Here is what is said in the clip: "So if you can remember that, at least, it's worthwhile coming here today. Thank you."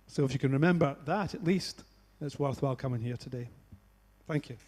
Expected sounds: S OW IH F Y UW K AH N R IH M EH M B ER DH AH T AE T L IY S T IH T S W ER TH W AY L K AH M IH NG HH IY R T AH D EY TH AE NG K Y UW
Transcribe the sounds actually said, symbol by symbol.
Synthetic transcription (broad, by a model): S OW IH F Y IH K AH N R IH M EH M B ER DH AH T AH T L IY S T IH T S W ER TH W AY L K AH M IH NG HH IY R T AH D EY TH AE NG K Y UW